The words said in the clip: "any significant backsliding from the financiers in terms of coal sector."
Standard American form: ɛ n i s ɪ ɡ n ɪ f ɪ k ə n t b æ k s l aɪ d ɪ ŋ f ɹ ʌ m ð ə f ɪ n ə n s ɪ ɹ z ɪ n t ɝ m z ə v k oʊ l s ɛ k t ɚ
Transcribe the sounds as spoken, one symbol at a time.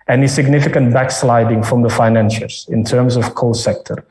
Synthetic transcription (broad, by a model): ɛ n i s ɪ ɡ n ɪ f ɪ k ə n t b æ k s l aɪ d ɪ ŋ f ɹ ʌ m ð ə f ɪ n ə n ʃ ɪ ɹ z ɪ n t ɝ m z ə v k oʊ l s ɛ k t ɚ